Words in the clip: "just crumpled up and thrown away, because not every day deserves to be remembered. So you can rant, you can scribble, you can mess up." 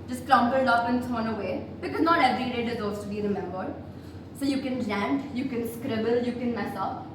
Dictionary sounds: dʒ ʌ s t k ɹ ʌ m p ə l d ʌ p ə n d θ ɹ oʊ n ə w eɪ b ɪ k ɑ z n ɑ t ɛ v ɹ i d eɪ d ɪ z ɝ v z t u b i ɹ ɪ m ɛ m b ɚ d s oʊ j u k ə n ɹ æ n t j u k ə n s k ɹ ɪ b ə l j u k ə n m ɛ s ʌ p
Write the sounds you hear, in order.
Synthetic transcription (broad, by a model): dʒ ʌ s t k ɹ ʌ m b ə l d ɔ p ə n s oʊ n ə w eɪ b ɪ k ɑ z n ɑ t ɛ v ɹ i d eɪ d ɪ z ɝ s t u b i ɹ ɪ m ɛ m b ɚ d s oʊ j u k ə n l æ n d j u k ə n s k ɹ ɪ b ə l j u k ə n m ɛ s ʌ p